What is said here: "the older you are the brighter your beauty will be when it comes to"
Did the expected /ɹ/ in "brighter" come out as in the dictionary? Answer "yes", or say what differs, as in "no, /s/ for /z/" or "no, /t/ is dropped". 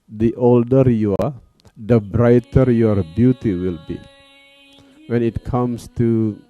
yes